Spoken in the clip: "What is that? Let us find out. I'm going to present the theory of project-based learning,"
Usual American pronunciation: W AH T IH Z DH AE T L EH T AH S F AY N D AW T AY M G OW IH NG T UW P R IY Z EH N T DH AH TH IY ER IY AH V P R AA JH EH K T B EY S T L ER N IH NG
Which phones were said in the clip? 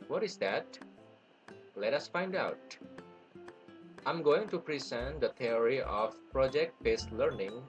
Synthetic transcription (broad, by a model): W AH T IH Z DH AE T L EH T AH S F AY N D AW T AY M G OW IH NG T UW P R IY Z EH N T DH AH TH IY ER IY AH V P R AA JH EH K T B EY S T L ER N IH NG